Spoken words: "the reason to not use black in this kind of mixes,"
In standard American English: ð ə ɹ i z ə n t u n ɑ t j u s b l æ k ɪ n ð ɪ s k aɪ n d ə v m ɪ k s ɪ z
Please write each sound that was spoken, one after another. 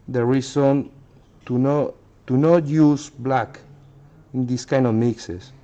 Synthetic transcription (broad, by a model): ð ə ɹ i s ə n t u n ɑ t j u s b l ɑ k ɪ n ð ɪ s k aɪ n d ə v m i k s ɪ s